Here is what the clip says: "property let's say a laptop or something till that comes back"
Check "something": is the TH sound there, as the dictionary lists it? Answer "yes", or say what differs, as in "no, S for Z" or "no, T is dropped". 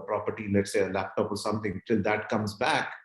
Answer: no, T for TH